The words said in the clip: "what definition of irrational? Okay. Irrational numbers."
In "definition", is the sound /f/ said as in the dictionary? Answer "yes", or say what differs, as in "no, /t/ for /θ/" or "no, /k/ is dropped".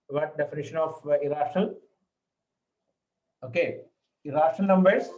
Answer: yes